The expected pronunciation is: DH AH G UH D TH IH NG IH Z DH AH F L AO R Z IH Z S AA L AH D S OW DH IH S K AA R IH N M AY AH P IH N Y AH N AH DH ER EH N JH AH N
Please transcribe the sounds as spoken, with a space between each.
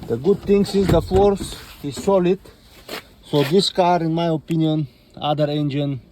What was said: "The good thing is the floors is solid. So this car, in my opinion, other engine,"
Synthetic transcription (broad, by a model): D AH G UH D T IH NG IH Z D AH F AO R S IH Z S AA L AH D S OW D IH S K AA R IH N M AY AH P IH N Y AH N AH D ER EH N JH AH N